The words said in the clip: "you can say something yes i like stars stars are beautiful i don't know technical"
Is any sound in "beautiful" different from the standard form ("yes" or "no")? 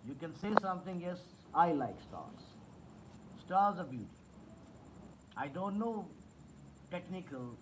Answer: yes